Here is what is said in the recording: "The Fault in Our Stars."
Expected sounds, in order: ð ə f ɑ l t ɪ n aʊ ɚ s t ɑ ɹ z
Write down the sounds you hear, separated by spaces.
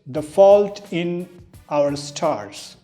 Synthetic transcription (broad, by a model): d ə f ɑ l t ɪ n aʊ ɚ s t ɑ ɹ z